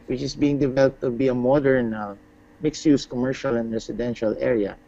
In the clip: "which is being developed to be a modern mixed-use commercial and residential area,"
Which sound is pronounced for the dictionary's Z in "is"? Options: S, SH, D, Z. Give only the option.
S